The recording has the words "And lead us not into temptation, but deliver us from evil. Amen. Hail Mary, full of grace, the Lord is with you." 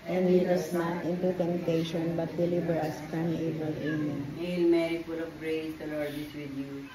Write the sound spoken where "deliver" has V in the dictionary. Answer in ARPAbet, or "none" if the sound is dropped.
B